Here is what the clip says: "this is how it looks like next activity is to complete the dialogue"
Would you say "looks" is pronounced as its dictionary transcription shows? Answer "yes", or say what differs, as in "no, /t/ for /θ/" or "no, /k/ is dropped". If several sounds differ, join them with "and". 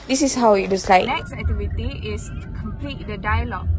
no, /k/ is dropped